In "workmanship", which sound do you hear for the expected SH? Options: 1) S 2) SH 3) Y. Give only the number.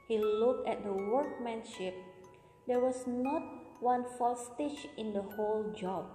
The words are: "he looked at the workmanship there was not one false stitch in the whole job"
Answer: 2